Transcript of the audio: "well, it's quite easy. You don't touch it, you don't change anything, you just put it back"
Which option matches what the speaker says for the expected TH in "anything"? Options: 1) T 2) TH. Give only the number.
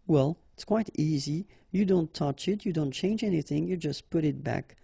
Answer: 2